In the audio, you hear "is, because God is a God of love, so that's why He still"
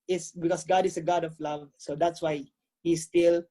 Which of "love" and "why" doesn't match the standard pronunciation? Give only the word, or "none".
none